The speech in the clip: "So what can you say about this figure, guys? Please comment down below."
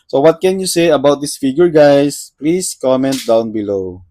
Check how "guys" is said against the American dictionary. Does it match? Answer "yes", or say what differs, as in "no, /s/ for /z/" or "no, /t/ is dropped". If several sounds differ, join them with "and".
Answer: no, /s/ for /z/